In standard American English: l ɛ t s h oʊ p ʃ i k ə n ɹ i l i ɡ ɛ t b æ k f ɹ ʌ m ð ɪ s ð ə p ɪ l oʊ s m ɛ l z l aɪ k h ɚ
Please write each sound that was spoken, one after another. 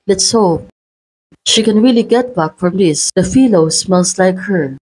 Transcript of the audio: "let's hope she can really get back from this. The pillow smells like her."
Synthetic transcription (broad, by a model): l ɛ t s h oʊ p ʃ i k ə n ɹ i l i ɡ ɛ t b æ k f ɹ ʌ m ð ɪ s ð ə f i l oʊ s m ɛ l s l aɪ k h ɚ